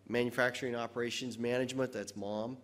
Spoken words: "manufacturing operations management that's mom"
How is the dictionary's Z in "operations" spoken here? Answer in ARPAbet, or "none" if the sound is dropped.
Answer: Z